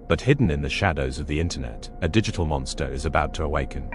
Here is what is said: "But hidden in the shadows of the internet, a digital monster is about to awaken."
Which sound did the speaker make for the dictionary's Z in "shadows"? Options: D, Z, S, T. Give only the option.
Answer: Z